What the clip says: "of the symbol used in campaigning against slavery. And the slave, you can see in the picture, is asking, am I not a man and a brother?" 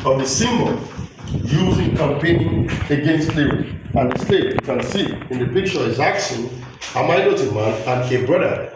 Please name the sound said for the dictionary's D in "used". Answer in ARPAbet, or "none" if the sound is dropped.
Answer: none